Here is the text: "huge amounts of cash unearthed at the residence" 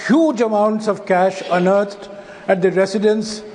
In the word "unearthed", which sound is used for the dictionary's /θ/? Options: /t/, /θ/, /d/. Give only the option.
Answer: /t/